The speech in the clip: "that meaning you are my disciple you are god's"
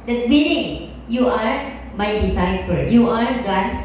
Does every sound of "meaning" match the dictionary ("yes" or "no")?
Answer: no